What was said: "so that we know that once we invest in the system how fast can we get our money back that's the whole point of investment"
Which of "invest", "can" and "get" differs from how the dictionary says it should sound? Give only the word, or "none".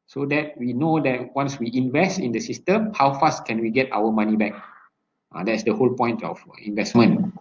none